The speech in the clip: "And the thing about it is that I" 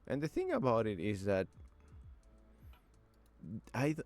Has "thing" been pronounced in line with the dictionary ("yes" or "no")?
yes